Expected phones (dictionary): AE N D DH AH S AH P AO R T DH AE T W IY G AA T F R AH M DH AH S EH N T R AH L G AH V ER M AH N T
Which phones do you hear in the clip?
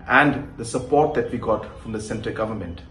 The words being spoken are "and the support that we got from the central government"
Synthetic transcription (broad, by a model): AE N D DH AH S AH P AO R T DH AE T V IY G AA T F R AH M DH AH S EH N T AH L G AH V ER M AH N T